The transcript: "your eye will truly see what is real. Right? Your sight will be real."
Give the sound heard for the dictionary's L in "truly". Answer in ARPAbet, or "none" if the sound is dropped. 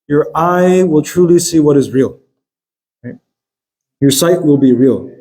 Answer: L